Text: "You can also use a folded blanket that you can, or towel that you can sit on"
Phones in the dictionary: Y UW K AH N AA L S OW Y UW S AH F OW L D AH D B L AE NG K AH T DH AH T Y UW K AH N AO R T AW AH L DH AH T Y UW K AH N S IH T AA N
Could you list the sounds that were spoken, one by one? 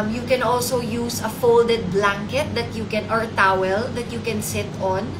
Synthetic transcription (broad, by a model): Y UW K AH N AA L S OW Y UW S AH F OW L D AH D B L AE NG K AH T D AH T Y UW K AH N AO R T AW AH L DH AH T Y UW K AH N S IH T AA N